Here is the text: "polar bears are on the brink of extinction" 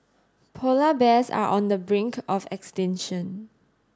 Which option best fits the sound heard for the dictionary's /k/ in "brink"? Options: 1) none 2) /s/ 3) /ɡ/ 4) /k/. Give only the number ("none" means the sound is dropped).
4